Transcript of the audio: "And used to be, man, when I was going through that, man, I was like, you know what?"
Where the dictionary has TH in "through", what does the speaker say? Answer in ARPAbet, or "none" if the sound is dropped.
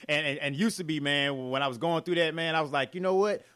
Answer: TH